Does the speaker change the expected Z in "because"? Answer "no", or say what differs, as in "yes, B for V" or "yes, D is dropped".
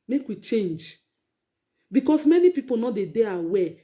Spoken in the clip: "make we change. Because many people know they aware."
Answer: yes, S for Z